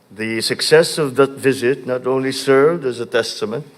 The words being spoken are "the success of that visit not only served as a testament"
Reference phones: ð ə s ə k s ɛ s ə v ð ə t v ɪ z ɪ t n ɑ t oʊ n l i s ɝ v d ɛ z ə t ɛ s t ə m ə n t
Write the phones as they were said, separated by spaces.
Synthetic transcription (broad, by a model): ð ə s ə k s ɛ s ə v ð ə t v ɪ z ɪ t n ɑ t oʊ n l i s ɝ v d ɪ z ə t ɛ s t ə m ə n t